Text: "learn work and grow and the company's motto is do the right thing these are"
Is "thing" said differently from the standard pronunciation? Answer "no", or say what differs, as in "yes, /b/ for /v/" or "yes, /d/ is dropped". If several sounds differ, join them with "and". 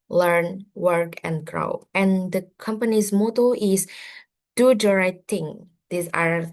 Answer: yes, /t/ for /θ/